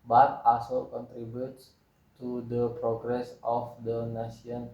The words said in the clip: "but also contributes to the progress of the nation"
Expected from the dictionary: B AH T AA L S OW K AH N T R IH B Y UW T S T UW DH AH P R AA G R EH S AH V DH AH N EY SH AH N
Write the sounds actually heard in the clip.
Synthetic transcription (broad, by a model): B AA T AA S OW K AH N T R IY B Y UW T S T UW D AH P R AA G R EH S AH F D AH N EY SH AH N